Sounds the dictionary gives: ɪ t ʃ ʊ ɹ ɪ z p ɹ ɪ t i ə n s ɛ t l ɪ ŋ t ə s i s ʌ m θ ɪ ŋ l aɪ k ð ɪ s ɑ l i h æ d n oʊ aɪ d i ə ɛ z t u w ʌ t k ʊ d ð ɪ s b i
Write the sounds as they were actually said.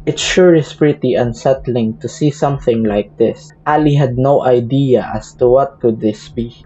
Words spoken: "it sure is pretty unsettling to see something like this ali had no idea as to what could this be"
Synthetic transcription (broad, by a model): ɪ t ʃ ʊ ɹ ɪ s p ɹ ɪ t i ə n s ɛ t l ɪ ŋ t ə s i s ʌ m θ ɪ ŋ l aɪ k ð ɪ s ɑ l i h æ d n oʊ aɪ d i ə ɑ s t u w ʌ t k ʊ d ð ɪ s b i